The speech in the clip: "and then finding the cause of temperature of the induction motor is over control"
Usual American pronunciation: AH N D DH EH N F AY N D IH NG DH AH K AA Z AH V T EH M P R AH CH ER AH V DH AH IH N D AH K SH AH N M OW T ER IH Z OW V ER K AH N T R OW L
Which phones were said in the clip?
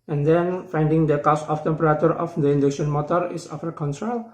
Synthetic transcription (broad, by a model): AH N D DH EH N F AY N D IH NG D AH K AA S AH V T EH M P R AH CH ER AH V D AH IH N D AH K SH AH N M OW T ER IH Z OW F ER K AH N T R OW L